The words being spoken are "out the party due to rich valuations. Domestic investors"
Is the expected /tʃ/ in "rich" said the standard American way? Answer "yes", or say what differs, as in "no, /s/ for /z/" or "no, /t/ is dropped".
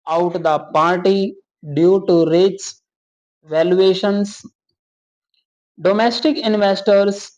no, /s/ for /tʃ/